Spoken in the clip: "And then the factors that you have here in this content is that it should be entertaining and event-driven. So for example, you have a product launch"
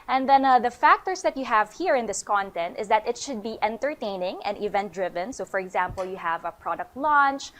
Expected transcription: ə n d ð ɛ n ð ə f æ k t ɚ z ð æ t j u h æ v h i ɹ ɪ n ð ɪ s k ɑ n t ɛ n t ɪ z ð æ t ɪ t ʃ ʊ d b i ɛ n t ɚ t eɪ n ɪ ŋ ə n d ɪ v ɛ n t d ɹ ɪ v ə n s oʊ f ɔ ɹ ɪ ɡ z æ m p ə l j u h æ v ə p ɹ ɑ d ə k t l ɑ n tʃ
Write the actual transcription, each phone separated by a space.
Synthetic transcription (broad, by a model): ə n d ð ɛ n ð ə f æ k t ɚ s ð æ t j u h æ v h i ɹ ɪ n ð ɪ s k ɑ n t ɛ n t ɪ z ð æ t ɪ t ʃ ʊ d b i ɛ n t ɚ t eɪ n ɪ ŋ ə n ɪ v ɛ n t d ɹ ɪ v ə n s oʊ f ɔ ɹ ɪ ɡ z æ m p ə l j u h æ v ə p ɹ ɑ d ə k t l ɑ n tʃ